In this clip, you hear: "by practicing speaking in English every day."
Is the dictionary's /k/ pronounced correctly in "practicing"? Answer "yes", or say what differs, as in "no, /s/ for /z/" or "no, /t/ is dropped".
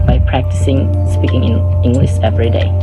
yes